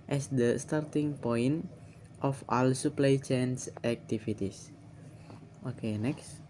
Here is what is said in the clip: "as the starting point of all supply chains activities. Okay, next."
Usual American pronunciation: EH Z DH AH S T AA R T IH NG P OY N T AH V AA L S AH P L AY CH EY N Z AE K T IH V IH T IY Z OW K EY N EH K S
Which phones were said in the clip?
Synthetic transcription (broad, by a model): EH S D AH S T AA R T IH NG P OY N T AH F AA L S AH P L AY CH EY N S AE K T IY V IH T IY S OW K EY N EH K S